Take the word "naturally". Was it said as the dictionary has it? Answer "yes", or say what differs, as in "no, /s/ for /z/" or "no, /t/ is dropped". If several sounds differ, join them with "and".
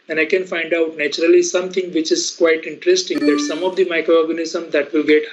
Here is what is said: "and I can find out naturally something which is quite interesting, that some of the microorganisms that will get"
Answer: yes